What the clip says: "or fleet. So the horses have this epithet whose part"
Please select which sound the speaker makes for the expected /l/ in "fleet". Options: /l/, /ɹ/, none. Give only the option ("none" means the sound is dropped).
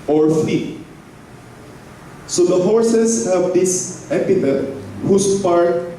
none